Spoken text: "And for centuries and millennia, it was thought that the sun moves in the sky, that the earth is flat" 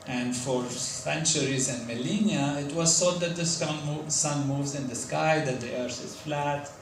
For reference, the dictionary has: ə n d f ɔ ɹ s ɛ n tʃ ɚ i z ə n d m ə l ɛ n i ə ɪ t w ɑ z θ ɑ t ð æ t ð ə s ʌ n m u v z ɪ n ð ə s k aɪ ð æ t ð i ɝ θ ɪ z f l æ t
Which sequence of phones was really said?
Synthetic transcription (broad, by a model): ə n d f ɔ ɹ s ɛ n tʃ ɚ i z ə n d m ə l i n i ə ɪ t w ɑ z s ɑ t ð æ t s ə s ʌ n m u v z ɪ n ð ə s k aɪ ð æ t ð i ɝ θ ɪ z f l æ t